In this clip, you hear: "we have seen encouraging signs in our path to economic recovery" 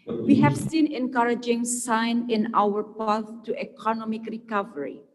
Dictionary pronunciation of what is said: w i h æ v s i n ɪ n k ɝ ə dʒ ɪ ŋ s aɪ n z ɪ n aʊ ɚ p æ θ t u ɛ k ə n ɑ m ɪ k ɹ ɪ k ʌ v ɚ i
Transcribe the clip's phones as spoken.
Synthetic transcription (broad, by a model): w i h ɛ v s i n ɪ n k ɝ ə dʒ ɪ ŋ s aɪ n ɪ n aʊ ɚ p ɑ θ t u ɛ k ə n ɑ m ɪ k ɹ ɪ k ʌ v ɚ i